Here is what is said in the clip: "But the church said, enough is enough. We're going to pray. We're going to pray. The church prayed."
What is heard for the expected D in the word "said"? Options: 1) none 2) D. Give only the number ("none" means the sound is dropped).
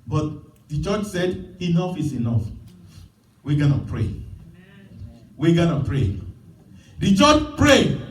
2